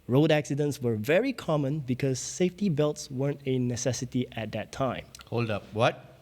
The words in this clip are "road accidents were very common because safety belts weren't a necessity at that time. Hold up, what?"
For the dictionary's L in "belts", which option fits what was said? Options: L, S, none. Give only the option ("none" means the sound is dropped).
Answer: L